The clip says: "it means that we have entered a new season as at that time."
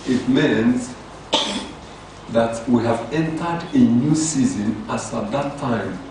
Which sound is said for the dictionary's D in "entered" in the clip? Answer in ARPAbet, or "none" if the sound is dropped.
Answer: D